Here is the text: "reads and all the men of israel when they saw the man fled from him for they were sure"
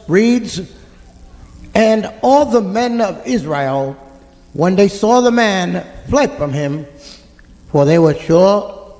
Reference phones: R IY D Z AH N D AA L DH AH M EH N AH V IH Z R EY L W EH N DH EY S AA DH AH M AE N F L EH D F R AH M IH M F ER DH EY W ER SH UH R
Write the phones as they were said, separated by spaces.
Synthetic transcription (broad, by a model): R IY D Z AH N AA L DH AH M EH N AH V IH Z R EY L W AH N DH EY S AA DH AH M AE N F L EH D F R AH M IH M F ER DH EY W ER SH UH R